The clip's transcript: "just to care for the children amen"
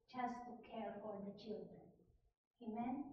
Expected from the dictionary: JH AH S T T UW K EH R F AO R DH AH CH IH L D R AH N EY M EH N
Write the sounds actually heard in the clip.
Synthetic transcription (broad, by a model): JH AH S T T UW K EH R F AO R DH AH CH IH L D R AH N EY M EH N